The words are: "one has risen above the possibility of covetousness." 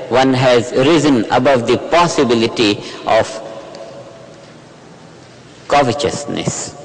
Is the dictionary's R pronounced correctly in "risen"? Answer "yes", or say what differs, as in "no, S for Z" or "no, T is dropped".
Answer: yes